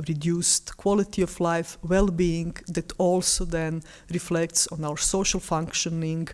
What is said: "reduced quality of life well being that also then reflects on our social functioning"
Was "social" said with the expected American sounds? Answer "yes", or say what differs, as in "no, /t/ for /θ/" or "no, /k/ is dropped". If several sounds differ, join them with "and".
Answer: yes